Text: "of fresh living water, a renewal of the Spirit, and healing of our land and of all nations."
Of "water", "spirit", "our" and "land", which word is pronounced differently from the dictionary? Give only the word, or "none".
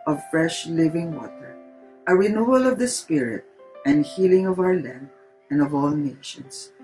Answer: land